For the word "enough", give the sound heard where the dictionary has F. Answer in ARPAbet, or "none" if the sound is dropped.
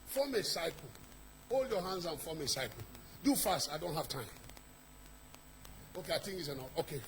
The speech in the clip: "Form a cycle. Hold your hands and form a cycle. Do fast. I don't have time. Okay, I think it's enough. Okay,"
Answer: none